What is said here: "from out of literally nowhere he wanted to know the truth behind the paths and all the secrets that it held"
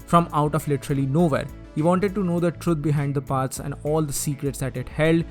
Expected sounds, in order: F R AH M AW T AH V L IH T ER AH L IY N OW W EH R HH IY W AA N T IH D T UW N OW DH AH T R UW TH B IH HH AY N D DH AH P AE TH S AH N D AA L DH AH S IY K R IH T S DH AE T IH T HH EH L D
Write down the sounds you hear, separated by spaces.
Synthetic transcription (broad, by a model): F R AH M AW T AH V L IH T ER AH L IY N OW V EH R HH IY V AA N T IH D T UW N OW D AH T R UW T B IH HH AY N D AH P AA T S AH N D AA L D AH S IY K R IH T S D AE T IH T HH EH L D